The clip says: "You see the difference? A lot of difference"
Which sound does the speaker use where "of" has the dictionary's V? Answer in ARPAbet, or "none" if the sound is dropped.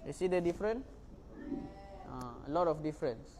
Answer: F